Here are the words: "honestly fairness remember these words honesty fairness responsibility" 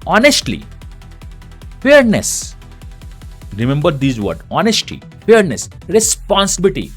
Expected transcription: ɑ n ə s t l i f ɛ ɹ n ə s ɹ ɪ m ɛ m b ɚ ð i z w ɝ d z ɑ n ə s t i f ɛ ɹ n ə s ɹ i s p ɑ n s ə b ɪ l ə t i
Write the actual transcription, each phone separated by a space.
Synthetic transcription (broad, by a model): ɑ n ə s t l i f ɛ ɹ n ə s ɹ ɪ m ɛ m b ɚ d i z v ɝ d ɑ n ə s t i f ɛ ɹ n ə s ɹ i s p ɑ n s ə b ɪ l t i